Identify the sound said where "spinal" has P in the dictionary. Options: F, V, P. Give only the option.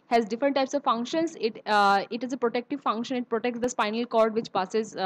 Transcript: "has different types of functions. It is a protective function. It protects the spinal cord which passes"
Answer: P